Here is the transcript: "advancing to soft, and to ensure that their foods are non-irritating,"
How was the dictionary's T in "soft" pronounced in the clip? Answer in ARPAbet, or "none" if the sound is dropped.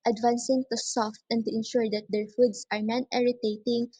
T